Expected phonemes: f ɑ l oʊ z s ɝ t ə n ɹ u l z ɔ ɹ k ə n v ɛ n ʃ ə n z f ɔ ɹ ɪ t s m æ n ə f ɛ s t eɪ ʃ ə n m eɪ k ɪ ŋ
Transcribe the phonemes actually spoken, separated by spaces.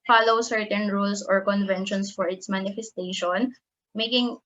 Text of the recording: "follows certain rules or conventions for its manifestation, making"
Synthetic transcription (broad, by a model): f ɑ l oʊ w s ɝ t ə n ɹ u l s ɔ ɹ k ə n v ɛ n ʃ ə n s f ɔ ɹ ɪ t s m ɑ n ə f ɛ s t eɪ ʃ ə n m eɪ k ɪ ŋ